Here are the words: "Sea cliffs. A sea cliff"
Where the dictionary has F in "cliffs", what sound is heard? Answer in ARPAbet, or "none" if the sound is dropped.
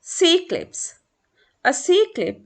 P